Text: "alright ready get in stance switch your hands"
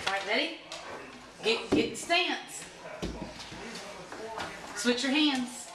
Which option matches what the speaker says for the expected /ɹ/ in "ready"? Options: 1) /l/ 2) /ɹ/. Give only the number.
1